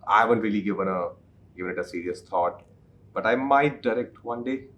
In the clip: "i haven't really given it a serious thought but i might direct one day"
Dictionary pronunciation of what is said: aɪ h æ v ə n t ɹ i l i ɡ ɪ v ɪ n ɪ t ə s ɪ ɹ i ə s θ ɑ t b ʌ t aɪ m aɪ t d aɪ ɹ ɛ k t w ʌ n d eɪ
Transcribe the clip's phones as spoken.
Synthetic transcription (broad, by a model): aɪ h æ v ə n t ɹ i l i ɡ ɪ v ɪ n ɪ t ə s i ɹ i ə s t ɑ t b ʌ t aɪ m aɪ t d aɪ ɹ ɛ k t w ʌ n d eɪ